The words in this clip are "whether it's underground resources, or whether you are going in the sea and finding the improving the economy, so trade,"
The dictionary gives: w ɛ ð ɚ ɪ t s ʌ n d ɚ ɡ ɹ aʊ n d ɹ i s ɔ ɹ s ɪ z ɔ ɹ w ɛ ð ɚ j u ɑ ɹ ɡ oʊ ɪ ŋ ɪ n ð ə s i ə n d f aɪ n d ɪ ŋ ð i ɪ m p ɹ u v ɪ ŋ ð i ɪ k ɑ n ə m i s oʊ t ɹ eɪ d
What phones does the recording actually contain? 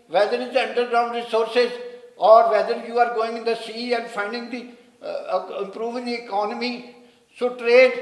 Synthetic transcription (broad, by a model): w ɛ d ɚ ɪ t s ʌ n d ɚ ɡ ɹ aʊ n d ɹ i s ɔ ɹ s ɪ z ɔ ɹ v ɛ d ɚ j u ɑ ɹ ɡ oʊ ɪ ŋ ɪ n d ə s i ə n d f aɪ n d ɪ ŋ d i ɪ m p ɹ u v ɪ ŋ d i ɪ k ɑ n ə m i s oʊ t ɹ eɪ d